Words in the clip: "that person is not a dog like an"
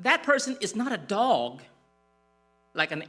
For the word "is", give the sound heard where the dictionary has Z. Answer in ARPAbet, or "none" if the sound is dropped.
Z